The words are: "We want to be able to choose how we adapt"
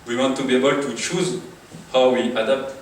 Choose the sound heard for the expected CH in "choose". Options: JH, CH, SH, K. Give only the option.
CH